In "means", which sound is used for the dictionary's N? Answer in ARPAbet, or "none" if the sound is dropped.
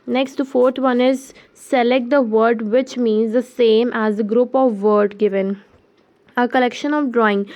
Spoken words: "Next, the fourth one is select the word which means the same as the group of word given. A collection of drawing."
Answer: N